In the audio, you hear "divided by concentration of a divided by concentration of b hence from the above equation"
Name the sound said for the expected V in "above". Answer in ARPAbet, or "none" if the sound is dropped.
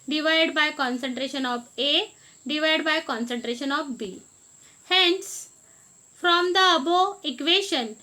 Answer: none